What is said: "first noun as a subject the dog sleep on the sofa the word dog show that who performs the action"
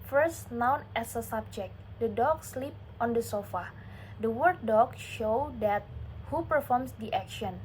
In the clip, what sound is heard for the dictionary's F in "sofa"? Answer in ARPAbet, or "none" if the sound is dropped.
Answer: F